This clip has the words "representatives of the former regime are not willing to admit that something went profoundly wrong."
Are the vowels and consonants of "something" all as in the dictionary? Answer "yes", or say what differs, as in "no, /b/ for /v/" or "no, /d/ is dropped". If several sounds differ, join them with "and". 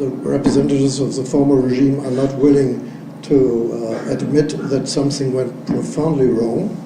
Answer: yes